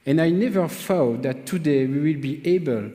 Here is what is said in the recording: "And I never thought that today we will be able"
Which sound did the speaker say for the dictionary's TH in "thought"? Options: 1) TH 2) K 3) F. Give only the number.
3